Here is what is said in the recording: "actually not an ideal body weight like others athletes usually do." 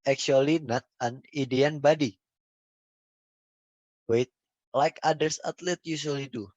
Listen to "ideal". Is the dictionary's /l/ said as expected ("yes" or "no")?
no